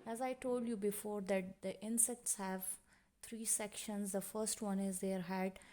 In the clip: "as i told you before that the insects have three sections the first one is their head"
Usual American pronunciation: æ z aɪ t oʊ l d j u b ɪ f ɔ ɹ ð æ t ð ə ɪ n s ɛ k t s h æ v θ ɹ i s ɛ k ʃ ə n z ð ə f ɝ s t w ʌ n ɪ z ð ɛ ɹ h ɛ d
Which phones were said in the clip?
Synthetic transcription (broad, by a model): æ z aɪ t oʊ l d j u b ɪ f ɔ ɹ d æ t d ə ɪ n s ɛ k t s h æ v t ɹ i s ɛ k ʃ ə n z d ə f ɝ s t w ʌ n ɪ z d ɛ ɹ h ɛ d